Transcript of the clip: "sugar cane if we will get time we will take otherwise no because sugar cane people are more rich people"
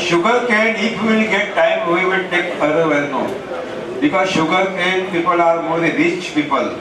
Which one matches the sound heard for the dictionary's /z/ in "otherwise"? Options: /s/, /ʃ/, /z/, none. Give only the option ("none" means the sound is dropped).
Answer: none